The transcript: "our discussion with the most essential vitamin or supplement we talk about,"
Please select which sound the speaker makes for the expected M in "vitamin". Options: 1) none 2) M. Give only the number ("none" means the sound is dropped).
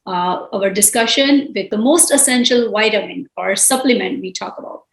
1